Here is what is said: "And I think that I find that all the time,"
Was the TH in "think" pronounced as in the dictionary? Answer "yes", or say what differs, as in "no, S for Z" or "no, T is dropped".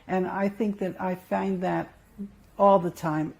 yes